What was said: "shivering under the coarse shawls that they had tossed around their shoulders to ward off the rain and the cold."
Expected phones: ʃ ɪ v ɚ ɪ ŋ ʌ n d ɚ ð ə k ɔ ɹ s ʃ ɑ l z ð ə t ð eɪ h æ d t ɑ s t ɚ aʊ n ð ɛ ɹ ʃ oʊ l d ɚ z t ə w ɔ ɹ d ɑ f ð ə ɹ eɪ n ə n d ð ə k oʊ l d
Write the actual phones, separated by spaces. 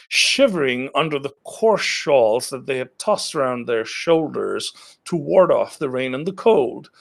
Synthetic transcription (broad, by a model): ʃ ɪ v ɚ ɪ ŋ ʌ n d ɚ ð ə k ɔ ɹ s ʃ ɑ l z ð ə t ð eɪ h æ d t ɑ s t ɚ aʊ n ð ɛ ɹ ʃ oʊ l d ɚ z t ə w ɔ ɹ d ɑ f ð ə ɹ eɪ n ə n ð ə k oʊ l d